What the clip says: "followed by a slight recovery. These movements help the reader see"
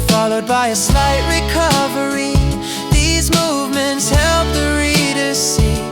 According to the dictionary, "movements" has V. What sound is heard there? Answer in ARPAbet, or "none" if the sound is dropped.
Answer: V